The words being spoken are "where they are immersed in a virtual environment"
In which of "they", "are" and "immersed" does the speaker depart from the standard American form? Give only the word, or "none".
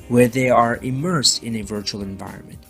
none